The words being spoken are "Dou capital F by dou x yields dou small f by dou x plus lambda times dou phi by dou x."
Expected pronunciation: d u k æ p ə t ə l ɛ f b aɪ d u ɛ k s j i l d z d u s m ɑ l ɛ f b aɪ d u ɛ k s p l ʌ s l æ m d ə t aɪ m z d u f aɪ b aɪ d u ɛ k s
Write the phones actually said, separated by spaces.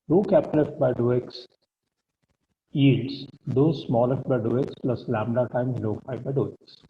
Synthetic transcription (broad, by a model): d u k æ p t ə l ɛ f b aɪ d u ɛ k s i d s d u s m ɑ l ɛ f b aɪ d u ɛ k s p l ʌ s l æ m d ə t aɪ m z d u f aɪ b aɪ d u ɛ k s